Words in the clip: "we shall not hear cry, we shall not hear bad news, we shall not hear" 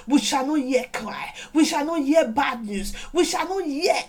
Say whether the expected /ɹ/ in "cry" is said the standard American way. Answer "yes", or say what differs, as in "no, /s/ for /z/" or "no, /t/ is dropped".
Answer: no, /l/ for /ɹ/